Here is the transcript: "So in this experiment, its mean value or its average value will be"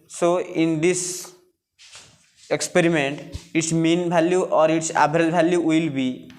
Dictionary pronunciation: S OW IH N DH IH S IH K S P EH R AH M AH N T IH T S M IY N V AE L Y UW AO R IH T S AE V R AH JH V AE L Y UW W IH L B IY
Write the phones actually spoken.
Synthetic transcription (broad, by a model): S OW IH N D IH S IH K S P EH R AH M AH N T IH T S M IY N B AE L Y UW AO R IH T S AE B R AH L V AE L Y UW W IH L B IY